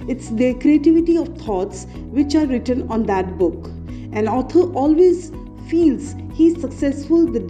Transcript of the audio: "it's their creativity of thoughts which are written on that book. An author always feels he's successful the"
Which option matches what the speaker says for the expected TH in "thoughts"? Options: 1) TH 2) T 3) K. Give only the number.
2